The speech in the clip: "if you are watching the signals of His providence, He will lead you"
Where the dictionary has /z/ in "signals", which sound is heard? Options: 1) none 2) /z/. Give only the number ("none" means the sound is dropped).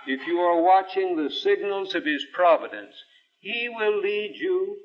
2